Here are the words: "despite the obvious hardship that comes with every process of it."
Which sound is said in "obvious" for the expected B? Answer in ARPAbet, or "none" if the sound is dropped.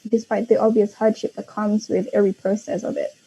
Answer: B